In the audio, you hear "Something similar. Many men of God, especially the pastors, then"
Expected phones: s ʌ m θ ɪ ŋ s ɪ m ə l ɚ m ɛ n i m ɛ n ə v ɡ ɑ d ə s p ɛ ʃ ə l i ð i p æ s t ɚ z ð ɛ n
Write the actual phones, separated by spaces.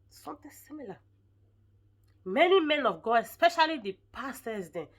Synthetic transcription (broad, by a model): s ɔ m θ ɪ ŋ s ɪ m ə l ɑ m ɛ n i m ɛ n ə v ɡ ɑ ə s p ɛ ʃ ə l i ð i p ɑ s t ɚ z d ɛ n